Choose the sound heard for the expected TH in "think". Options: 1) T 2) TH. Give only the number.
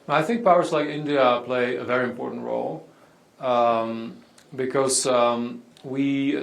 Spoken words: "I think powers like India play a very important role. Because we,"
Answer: 2